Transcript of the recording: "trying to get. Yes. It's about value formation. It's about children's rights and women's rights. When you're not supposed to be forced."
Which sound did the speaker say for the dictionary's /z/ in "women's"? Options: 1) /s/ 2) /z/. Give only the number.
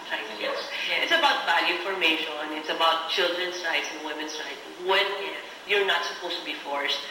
1